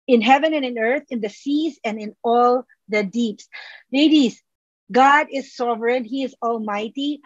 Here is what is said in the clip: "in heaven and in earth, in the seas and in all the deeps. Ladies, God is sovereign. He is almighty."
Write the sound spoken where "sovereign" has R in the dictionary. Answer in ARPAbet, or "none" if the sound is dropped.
R